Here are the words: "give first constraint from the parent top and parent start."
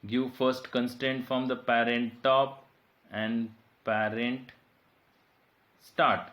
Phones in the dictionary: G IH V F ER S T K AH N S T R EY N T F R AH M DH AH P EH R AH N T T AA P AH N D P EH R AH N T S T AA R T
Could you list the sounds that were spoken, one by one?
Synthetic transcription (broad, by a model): G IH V F ER S T K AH N S T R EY N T F R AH M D AH P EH R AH N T T AA P AH N D P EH R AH N T S T AA R T